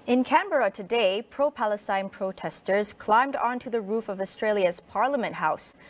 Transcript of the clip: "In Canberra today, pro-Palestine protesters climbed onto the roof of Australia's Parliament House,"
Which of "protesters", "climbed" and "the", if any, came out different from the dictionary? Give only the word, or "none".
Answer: none